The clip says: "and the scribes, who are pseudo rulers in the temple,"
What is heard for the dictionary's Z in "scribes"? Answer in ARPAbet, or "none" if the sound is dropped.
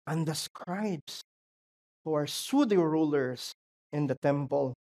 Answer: S